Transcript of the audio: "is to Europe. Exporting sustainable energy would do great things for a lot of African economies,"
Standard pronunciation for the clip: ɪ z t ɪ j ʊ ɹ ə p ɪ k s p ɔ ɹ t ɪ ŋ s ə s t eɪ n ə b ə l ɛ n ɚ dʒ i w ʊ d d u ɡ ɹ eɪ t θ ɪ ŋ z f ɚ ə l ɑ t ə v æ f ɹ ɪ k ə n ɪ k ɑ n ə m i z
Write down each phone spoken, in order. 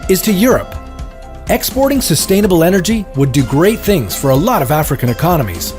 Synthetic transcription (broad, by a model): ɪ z t ɪ j ʊ ɹ ə p ɪ k s p ɔ ɹ t ɪ ŋ s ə s t eɪ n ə b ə l ɛ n ɚ dʒ i w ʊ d d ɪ ɡ ɹ eɪ t θ ɪ ŋ z f ɚ ə l ɑ t ə v æ f ɹ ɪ k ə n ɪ k ɑ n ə m i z